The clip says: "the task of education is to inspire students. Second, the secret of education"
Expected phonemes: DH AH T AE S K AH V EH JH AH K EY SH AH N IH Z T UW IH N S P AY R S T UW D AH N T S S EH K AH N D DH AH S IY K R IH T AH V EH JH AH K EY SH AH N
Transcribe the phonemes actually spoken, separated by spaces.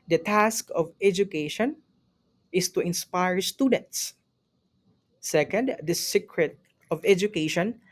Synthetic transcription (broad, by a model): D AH T AE S K AH V EH JH AH K EY SH AH N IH S T UW IH N S P AY R S T UW D AH N T S S EH K AH N D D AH S IY K R IH T AH V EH JH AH K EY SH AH N